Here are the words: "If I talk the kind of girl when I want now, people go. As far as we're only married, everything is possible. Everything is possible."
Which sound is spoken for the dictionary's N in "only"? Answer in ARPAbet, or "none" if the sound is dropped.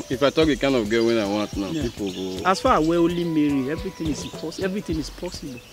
none